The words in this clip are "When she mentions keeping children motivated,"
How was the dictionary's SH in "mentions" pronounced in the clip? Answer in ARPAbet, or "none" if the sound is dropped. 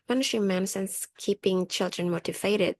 S